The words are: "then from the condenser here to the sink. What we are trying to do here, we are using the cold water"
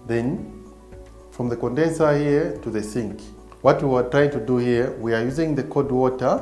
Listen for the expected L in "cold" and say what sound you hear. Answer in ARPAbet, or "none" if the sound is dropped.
none